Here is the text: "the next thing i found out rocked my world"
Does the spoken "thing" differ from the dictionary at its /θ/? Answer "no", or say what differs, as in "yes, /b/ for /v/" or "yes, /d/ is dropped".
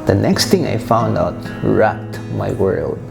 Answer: yes, /t/ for /θ/